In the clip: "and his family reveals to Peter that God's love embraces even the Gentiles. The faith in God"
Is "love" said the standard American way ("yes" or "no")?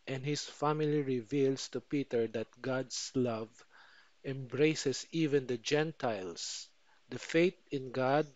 yes